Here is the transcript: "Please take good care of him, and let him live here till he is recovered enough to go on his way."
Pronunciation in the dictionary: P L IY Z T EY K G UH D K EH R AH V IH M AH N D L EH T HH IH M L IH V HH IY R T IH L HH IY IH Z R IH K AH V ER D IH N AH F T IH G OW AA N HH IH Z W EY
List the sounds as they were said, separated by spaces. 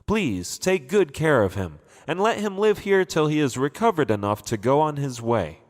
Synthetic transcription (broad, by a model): P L IY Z T EY K G UH D K EH R AH V IH M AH N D L EH T HH IH M L IH V HH IY R T IH L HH IY IH Z R IH K AH V ER D IH N AH F T IH G OW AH N IH Z W EY